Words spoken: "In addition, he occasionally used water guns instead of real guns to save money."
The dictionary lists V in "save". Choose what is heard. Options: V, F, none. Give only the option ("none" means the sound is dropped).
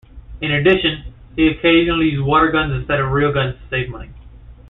V